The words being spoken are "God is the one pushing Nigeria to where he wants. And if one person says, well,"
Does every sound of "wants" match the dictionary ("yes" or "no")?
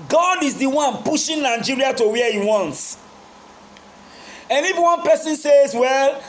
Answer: yes